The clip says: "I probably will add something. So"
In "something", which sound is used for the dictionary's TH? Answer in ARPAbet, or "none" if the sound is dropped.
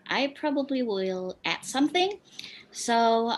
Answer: TH